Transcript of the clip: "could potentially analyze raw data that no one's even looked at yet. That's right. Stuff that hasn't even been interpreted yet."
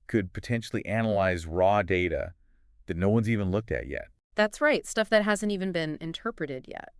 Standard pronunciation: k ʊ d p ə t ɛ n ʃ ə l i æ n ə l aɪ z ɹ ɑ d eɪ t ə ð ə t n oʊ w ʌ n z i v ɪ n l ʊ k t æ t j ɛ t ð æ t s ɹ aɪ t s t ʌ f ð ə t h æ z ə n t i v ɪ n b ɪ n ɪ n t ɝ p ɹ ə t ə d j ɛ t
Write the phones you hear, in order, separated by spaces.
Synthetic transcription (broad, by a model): k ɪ d p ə t ɛ n ʃ l i æ n ə l aɪ z ɹ ɑ d eɪ t ə ð ə t n oʊ w ʌ n z i v ɪ n l ʊ k t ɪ t j ɛ t ð æ t s ɹ aɪ t s t ʌ f ð ə t h æ z ə n t i v ɪ n b ɪ n ɪ n t ɝ p ɹ ə t ə d j ɛ t